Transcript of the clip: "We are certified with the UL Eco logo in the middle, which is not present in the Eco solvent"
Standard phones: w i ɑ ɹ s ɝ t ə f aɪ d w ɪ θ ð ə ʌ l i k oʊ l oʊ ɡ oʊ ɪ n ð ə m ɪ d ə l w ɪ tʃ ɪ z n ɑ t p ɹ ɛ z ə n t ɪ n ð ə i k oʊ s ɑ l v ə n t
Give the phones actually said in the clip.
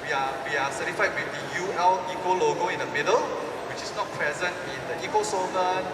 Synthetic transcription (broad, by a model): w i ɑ w s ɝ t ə f aɪ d w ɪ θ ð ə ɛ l i k oʊ l oʊ ɡ oʊ ɪ n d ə m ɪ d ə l w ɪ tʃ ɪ s n ɑ t p ɹ ɛ z ə n t ɪ n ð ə i k oʊ s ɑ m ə